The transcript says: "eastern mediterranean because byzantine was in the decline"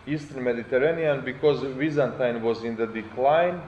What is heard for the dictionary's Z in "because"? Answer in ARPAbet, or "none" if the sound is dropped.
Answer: Z